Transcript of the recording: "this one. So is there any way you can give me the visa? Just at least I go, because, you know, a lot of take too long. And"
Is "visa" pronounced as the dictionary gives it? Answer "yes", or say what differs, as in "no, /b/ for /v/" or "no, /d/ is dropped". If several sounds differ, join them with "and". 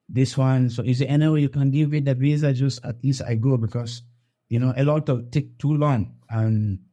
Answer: no, /b/ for /v/